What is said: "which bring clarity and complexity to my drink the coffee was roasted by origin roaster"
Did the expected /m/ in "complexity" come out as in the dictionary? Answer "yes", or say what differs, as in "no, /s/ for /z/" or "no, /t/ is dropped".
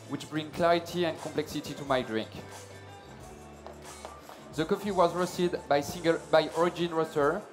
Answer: yes